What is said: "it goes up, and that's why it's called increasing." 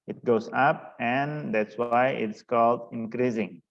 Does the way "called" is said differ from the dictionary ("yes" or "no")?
no